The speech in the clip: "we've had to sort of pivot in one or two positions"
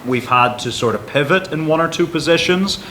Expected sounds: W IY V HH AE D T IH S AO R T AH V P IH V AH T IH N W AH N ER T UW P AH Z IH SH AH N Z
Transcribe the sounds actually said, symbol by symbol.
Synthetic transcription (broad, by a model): W IY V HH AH D T IH S AO R T AH V P IH V AH T IH N W AH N ER T UW P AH Z IH SH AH N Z